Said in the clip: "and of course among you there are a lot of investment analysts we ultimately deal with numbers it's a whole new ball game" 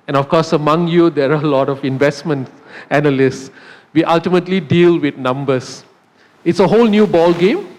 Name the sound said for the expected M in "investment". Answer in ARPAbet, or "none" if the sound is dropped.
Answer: M